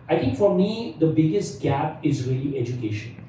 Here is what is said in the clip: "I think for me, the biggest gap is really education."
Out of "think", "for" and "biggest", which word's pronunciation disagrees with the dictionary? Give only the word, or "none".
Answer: think